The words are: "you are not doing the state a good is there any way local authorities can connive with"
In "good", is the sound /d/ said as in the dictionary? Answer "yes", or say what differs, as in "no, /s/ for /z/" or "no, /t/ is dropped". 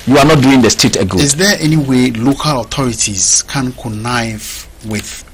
no, /d/ is dropped